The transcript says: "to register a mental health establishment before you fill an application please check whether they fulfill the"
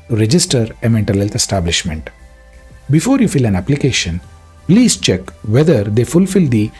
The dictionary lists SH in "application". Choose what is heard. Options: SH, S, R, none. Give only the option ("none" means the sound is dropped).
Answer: SH